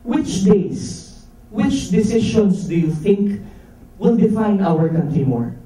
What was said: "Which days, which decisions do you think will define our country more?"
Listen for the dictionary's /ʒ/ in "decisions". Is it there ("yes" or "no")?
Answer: no